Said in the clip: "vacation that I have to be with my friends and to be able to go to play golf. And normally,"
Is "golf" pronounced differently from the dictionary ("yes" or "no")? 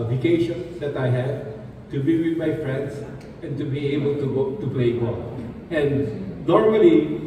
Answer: yes